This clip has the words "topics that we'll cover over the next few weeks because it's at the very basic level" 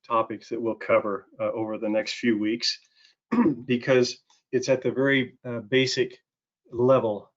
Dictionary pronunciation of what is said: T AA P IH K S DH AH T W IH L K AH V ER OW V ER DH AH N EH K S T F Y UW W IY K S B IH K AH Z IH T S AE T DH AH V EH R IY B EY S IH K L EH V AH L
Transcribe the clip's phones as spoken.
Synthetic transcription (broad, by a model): T AA P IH K S DH AH T W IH L K AH V ER OW V ER DH AH N EH K S T F Y UW W IY K S B IH K AH Z IH T S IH T DH AH V EH R IY B EY S IH K L EH V L